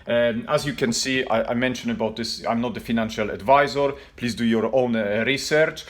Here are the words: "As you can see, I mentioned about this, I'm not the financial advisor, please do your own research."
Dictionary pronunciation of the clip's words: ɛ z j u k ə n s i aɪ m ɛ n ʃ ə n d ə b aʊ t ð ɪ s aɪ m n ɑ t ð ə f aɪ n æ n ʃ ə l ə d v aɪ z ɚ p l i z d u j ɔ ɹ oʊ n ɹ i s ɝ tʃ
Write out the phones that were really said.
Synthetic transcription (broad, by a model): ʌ z j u k ə n s i aɪ m ɛ n ʃ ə n ə b aʊ t ð ɪ s aɪ m n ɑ t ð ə f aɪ n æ n ʃ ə l ə d v aɪ z ɚ p l i z d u j ɔ ɹ oʊ n ɹ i s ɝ tʃ